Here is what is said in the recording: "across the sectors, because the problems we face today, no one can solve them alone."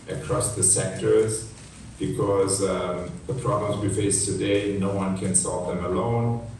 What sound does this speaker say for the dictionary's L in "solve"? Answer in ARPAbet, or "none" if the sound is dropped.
L